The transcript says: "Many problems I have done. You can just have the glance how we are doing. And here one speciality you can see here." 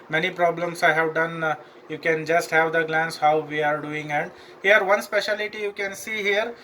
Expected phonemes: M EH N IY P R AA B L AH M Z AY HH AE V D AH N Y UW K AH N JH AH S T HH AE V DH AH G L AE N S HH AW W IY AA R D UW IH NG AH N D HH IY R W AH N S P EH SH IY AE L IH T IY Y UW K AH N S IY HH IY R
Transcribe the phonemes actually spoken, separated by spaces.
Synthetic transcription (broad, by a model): M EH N IY P R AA B L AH M S AY HH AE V D AH N Y UW K AH N JH AH S T HH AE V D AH G L AE N S HH AW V IY AA R D UW IH NG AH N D HH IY R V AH N S P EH SH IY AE L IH T IY Y UW K AH N S IY HH IY R